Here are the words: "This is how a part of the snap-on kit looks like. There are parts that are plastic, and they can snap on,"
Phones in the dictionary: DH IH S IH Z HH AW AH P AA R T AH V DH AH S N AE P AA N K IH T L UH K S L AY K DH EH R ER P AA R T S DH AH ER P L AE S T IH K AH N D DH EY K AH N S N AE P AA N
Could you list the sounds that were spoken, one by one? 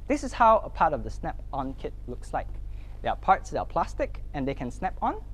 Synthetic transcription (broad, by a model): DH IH S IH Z HH AW AH P AA R T AH V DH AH S N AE P AA N K IH T L UH K S L AY K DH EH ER P AA R T S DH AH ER P L AE S T IH K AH N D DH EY K AH N S N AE P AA N